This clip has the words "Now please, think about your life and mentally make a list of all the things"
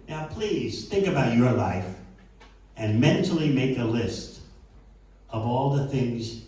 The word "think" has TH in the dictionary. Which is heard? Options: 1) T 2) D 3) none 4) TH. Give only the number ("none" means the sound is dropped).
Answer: 4